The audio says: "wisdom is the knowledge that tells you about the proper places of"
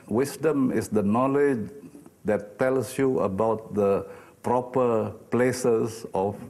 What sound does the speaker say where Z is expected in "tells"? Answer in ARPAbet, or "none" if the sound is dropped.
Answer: S